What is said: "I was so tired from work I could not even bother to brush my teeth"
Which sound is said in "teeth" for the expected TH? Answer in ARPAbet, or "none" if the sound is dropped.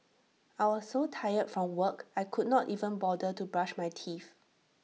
F